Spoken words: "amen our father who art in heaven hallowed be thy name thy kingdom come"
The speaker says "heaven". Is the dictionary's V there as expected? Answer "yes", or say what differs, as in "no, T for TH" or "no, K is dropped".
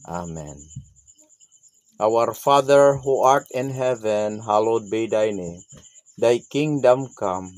yes